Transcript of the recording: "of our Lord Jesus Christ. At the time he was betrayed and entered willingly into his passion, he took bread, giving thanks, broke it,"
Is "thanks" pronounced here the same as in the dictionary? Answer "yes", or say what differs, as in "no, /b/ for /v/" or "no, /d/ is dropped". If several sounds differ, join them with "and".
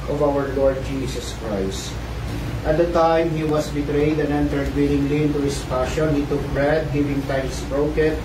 no, /t/ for /θ/